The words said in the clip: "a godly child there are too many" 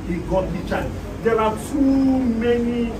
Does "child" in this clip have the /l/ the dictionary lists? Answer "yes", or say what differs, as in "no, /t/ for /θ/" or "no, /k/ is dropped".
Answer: no, /l/ is dropped